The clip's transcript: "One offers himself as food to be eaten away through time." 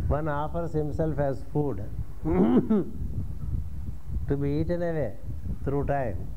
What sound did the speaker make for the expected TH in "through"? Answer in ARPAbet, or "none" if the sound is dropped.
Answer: T